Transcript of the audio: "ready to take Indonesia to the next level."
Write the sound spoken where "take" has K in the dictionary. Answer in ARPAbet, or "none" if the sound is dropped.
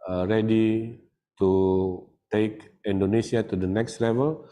K